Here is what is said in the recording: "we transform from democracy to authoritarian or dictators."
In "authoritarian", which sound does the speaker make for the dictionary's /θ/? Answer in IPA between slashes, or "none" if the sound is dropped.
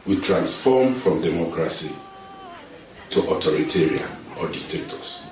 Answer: /t/